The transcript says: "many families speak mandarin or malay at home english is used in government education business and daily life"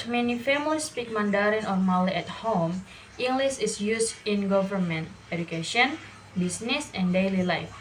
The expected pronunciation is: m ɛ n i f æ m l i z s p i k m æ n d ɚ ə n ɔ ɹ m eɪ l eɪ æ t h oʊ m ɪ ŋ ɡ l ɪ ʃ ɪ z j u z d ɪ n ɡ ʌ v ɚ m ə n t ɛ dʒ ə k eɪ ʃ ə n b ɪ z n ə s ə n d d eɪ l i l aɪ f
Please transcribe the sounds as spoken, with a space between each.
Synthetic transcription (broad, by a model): m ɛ n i f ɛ m i s p i k m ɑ n d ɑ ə n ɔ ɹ m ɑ l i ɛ t h oʊ m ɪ ŋ ɡ l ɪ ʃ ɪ s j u s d ɪ n ɡ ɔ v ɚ m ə n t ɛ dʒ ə k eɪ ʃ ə n b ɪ s n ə s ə n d d eɪ l i l aɪ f